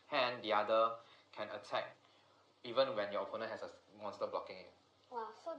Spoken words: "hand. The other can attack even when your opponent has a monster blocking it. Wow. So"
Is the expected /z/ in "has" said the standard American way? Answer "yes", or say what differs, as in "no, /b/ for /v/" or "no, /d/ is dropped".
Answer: no, /s/ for /z/